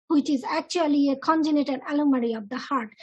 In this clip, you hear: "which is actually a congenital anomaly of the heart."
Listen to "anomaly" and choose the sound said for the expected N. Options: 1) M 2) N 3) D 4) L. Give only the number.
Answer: 4